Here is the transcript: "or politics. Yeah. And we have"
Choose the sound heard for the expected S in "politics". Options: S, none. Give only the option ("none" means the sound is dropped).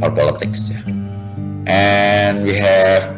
S